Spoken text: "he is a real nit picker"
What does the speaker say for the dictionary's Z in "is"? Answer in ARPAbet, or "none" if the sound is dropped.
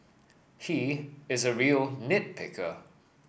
Z